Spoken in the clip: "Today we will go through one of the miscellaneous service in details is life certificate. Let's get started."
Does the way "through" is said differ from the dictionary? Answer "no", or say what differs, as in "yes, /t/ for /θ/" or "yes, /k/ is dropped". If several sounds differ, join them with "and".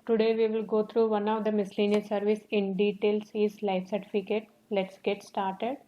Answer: yes, /t/ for /θ/